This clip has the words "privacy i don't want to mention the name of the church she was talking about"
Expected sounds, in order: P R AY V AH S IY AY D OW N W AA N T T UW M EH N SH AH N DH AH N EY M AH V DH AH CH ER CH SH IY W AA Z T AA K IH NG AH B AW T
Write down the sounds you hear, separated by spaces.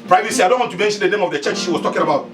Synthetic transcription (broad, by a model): P R AY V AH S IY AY D OW N W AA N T T UW M EH N SH AH N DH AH N EY M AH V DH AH CH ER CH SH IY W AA S T AA K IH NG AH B AW T